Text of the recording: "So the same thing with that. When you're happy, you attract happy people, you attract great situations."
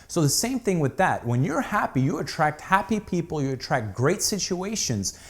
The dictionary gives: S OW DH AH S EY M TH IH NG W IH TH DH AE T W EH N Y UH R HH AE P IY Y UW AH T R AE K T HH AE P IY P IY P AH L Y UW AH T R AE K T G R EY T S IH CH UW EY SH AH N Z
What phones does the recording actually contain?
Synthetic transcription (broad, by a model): S OW DH AH S EY M TH IH NG W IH DH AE T W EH N Y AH R HH AE P IY Y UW AH T R AE K T HH AE P IY P IY P L Y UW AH T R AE K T G R EY T S IH CH UW EY SH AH N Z